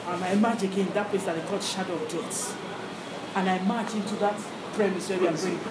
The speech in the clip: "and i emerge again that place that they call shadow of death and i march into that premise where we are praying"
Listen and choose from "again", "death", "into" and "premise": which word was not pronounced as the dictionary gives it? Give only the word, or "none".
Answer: death